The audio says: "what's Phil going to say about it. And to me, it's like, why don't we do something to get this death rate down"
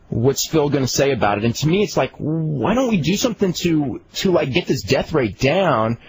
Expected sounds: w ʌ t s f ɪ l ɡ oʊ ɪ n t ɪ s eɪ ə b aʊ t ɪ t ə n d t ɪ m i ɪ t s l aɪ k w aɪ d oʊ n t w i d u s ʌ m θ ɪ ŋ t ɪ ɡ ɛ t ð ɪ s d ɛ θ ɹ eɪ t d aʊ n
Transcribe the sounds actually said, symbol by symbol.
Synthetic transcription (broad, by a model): w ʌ t s f ɪ l ɡ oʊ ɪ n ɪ s eɪ ə b aʊ t ɪ t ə n t ɪ m i ɪ t s l aɪ k w aɪ d oʊ n t w i d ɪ s ʌ m θ ɪ ŋ t ɪ ɡ ɛ t ð ɪ s d ɛ θ ɹ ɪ t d aʊ n